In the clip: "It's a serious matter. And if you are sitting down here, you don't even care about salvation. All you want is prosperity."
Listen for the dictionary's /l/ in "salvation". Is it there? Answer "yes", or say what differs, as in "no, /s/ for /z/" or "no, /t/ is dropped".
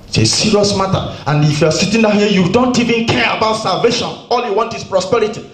yes